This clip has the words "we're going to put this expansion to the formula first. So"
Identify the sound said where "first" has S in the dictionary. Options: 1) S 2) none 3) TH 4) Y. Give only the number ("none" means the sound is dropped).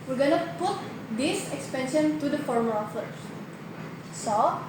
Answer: 2